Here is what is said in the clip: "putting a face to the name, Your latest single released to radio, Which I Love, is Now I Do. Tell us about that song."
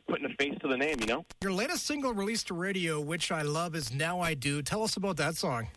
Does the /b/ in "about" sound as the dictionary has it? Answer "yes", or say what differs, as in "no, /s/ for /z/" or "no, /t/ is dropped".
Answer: yes